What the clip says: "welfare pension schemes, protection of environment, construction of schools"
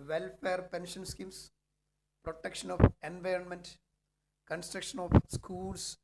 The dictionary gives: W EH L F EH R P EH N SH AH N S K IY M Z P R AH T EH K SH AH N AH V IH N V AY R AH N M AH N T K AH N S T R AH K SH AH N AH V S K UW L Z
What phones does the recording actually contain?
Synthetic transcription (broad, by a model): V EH L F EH R P EH N SH AH N S K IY M S P R AH T EH K SH AH N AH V IH N V AY R AH N M AH N T K AH N S T R AH K SH AH N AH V S K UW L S